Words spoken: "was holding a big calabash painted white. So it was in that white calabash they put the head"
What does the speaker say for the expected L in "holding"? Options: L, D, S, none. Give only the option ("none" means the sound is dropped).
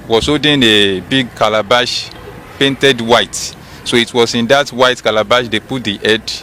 none